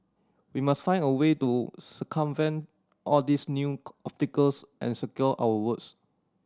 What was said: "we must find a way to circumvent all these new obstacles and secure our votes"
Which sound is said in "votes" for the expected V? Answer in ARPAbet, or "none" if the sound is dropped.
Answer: W